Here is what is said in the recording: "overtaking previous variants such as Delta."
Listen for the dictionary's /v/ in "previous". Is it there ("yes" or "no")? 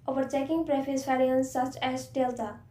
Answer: no